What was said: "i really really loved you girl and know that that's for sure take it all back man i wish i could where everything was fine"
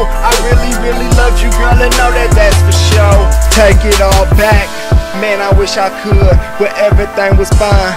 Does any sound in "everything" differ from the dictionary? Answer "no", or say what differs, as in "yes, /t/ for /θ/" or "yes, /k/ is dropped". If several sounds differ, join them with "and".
no